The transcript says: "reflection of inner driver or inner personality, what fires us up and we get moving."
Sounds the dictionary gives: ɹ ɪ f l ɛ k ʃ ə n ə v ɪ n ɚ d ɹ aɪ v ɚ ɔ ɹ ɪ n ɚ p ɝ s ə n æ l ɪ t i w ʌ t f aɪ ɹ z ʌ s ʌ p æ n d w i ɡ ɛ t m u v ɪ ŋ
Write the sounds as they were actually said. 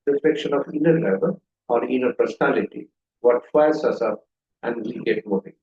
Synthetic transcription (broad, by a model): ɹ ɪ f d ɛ k ʃ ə n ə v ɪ n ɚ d l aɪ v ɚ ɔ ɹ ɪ n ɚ p ɝ s ə n æ l ɪ t i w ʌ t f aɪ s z ʌ s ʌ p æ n d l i ɡ ɛ t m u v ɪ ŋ